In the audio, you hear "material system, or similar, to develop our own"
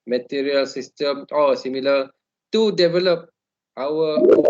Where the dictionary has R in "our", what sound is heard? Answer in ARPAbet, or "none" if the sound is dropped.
W